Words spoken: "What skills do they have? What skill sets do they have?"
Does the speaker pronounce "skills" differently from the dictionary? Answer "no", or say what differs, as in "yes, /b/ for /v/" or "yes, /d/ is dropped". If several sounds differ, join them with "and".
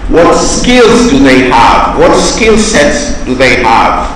no